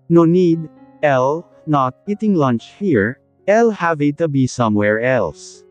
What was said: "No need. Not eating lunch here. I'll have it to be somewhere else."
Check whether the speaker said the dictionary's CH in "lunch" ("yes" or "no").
yes